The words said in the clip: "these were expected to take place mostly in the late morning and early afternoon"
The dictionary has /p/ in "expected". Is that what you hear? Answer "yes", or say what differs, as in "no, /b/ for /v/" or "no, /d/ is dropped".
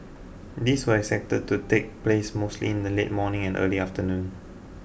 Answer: no, /p/ is dropped